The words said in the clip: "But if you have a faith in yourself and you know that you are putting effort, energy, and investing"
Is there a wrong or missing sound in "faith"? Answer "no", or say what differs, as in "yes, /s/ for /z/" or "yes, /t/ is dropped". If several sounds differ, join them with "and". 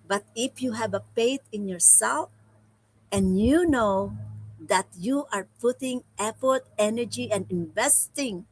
yes, /p/ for /f/ and /t/ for /θ/